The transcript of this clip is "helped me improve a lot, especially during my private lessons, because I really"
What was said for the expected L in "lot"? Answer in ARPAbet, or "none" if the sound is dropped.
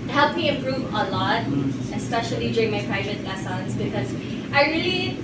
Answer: L